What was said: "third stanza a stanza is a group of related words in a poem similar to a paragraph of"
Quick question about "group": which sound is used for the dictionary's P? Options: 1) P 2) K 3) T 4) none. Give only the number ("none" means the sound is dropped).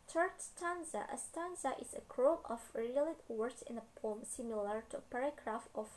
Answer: 4